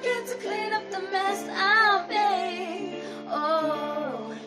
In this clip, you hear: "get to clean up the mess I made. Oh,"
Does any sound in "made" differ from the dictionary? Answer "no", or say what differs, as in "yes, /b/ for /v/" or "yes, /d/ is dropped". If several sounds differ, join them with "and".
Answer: yes, /d/ is dropped